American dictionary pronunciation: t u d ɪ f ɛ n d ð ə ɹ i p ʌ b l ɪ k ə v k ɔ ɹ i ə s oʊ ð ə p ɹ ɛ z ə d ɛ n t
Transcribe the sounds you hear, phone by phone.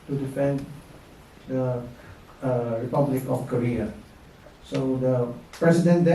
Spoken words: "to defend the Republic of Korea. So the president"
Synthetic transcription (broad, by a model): t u d ɪ f ɛ n d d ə ɹ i p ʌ b l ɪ k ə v k ɔ ɹ i ə s oʊ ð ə p ɹ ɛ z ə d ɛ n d